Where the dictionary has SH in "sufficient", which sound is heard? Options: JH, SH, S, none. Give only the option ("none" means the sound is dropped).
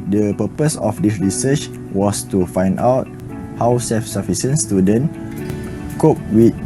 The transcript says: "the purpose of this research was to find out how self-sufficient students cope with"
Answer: S